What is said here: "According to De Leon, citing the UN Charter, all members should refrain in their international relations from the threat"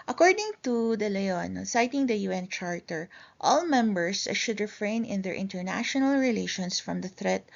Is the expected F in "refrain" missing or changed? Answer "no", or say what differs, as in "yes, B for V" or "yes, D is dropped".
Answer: no